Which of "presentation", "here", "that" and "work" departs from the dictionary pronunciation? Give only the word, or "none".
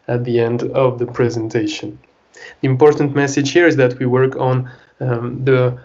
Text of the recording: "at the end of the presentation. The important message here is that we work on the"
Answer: none